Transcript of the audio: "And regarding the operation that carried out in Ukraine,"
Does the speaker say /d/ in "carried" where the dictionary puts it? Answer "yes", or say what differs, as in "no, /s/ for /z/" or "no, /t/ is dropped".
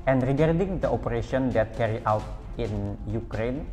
no, /d/ is dropped